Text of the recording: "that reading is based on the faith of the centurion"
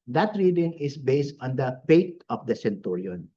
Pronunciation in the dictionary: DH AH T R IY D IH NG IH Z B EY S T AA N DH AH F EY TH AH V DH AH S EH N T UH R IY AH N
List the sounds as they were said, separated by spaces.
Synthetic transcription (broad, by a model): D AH T R IY D IH NG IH S B EY S T AA N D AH P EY T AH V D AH S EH N T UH R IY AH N